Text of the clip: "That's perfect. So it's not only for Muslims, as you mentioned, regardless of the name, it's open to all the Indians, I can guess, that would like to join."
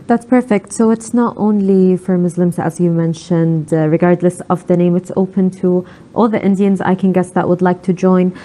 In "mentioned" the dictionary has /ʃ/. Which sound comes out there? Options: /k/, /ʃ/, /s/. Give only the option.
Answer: /ʃ/